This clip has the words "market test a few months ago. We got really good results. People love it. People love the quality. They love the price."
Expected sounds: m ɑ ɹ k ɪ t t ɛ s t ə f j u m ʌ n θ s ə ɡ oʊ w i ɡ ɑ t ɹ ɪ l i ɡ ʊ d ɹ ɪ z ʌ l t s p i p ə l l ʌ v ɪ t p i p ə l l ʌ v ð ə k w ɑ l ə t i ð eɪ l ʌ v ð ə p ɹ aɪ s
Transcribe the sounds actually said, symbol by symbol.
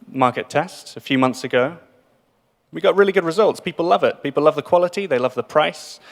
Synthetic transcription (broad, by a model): m ɑ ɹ k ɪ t t ɛ s t ə f j u m ʌ n θ s ə ɡ oʊ w i ɡ ɑ t ɹ ɪ l i ɡ ʊ d ɹ ɪ z ʌ l t s p i p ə l l ʌ v ɪ t p i p l l ʌ v ð ə k w ɑ l ə t i ð eɪ l ʌ v ð ə p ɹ aɪ s